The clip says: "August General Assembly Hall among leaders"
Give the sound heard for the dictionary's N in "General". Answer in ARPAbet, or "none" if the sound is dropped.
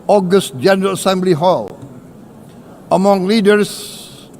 N